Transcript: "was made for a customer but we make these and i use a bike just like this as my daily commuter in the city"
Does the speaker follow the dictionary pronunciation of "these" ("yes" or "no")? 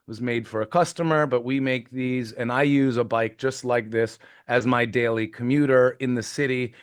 yes